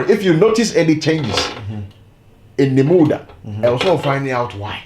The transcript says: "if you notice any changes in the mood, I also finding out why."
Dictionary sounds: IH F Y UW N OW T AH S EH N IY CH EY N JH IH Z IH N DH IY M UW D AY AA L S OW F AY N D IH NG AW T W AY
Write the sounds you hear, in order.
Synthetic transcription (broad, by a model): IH F Y UW N OW T AH S EH N IY CH EY N JH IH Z IH N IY M UW D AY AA W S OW F AY N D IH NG AW T W AY